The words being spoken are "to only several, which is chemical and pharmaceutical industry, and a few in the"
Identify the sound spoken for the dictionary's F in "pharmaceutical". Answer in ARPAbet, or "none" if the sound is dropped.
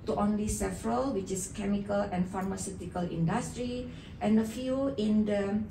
F